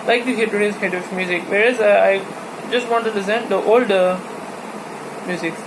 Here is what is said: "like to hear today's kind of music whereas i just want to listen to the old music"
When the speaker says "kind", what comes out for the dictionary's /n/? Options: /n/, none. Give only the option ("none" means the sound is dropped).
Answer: none